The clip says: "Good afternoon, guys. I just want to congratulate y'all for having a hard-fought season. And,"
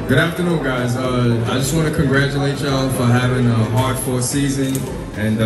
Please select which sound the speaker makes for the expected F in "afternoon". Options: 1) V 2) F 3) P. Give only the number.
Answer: 2